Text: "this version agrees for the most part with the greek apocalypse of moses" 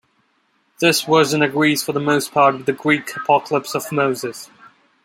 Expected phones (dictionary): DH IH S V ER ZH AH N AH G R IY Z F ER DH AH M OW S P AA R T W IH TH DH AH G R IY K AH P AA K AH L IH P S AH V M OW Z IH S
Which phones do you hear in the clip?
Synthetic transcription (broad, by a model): DH IH S W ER Z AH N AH G R IY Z F ER DH AH M OW S P AA R T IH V DH AH G R IY K AH P AA K AH L IH P S AH V M OW Z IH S